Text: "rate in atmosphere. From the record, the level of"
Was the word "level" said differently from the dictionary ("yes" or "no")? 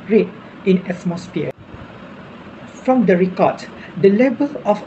yes